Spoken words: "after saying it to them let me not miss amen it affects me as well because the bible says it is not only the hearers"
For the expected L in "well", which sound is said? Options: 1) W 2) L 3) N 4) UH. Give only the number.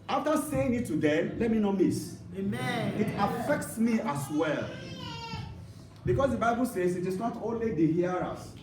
2